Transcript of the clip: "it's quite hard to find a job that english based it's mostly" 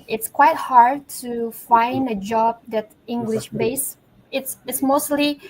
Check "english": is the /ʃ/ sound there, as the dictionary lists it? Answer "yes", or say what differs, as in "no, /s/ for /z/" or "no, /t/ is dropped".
yes